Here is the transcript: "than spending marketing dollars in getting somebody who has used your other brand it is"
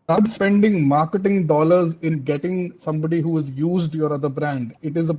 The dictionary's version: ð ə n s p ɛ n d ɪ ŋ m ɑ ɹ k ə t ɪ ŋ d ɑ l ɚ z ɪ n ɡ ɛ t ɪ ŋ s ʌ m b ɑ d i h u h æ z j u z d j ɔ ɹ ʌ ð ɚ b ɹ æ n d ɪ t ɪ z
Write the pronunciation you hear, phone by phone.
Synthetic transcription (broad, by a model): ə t s p ɛ n d ɪ ŋ m ɑ ɹ k ə t ɪ ŋ d ɑ l ɚ z ɪ n ɡ ɛ t ɪ ŋ s ʌ m b ɑ d i h u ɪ z j u z d j ɔ ɹ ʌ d ɚ b ɹ æ n d ɪ t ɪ z